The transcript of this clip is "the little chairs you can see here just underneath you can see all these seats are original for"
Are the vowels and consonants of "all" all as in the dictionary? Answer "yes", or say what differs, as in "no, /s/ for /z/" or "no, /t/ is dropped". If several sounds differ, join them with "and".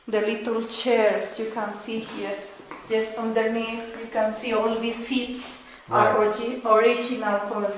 yes